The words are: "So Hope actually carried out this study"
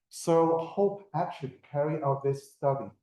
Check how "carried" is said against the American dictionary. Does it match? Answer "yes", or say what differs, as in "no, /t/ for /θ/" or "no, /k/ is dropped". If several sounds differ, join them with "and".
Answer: no, /d/ is dropped